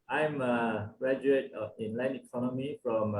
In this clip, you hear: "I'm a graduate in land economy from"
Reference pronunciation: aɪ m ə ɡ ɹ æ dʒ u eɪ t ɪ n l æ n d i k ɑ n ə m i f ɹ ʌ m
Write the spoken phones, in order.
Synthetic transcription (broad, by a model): aɪ m ə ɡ ɹ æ dʒ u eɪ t ɪ n l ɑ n i k ɑ n ə m i f ɹ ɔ m